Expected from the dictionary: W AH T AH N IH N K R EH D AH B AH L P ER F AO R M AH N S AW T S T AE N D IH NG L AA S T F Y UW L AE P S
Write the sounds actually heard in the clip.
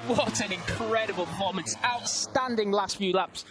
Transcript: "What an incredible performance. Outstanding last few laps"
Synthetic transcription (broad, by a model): W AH T AH N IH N K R EH D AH B AH L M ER UH M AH N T AW T S T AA N D IH NG L AA S T F Y UW L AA P S